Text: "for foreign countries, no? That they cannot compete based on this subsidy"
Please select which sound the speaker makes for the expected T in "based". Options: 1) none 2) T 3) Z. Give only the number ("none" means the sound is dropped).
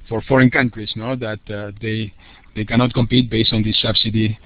2